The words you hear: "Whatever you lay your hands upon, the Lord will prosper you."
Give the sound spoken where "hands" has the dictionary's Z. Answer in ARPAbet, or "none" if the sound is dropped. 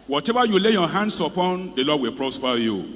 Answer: S